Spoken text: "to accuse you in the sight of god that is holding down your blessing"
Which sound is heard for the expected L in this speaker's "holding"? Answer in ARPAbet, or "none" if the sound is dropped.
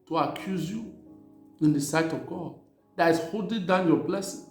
none